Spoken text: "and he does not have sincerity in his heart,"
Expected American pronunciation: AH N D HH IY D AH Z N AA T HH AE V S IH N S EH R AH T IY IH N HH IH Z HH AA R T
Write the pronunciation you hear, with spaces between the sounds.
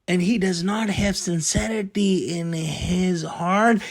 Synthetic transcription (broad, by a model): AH N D HH IY D AH Z N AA T HH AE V S IH N S EH R AH T IY IH N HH IH Z HH AA R T